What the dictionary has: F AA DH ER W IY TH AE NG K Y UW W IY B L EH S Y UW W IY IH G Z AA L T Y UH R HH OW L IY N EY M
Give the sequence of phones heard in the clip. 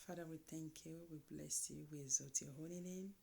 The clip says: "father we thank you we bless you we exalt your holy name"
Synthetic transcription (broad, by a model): F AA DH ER W IY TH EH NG K Y UW W IY B L EH S Y UW W IY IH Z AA T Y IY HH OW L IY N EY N